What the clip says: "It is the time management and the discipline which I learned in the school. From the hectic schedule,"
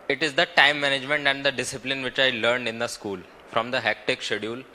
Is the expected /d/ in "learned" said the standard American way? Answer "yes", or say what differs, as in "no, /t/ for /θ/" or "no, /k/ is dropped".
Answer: yes